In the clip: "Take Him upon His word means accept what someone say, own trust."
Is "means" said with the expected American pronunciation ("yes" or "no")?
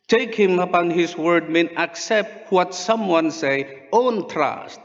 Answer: no